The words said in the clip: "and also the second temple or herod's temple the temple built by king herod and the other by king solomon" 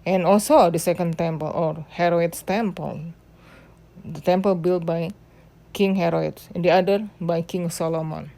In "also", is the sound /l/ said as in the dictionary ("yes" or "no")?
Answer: yes